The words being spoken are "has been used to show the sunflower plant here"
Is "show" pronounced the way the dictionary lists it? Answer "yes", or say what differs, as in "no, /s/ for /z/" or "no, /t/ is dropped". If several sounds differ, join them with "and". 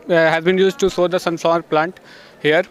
no, /s/ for /ʃ/